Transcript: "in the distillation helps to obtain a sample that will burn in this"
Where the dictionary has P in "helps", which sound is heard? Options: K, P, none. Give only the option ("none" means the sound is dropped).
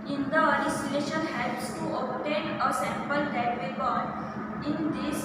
none